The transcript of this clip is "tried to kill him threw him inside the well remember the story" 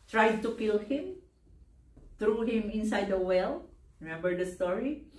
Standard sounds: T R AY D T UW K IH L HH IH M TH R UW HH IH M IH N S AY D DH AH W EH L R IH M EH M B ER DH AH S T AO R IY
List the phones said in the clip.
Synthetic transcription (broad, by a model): T R AY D T UW K IH L HH IH M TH R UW HH IH M IH N S AY D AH W EH L R IH M EH M B ER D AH S T AO R IY